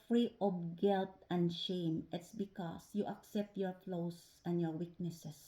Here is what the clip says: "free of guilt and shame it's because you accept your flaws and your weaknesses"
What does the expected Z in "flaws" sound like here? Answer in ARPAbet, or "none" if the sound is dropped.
S